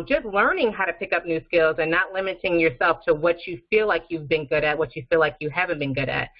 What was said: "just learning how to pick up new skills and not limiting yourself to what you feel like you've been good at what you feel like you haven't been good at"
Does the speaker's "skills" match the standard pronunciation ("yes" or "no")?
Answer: yes